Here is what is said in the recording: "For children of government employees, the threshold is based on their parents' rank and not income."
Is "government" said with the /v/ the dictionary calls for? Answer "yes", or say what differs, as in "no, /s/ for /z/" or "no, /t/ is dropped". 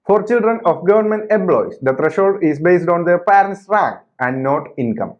yes